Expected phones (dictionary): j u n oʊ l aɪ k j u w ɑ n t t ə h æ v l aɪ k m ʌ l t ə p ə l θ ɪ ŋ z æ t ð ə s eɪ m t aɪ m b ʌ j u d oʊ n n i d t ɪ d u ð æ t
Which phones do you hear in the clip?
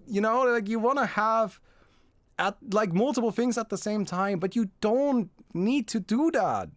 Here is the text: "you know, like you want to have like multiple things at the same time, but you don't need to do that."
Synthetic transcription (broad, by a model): j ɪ n oʊ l aɪ k j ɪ w ɑ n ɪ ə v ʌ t l aɪ k m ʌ l t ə p l θ ɪ ŋ z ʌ t ð ə s eɪ m t aɪ m b ʌ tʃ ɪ d oʊ n n i d t ɪ d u ð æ t